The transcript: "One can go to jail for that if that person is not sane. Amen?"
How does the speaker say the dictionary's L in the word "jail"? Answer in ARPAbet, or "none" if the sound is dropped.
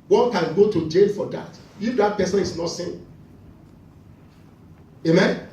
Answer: N